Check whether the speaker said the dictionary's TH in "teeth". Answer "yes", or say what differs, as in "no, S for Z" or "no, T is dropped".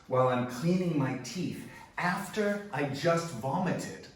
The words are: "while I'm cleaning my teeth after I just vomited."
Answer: yes